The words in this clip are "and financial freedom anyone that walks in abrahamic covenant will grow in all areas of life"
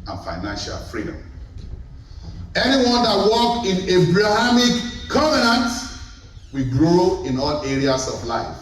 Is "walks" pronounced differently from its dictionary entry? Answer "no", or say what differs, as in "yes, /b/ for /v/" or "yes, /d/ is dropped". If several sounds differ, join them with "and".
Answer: yes, /s/ is dropped